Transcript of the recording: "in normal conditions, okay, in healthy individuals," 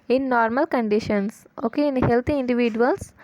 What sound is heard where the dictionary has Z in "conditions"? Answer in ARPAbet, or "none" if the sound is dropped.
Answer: S